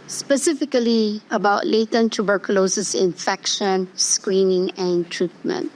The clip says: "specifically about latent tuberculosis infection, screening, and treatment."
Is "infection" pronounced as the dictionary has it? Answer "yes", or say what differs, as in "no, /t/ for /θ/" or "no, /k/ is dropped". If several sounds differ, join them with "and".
yes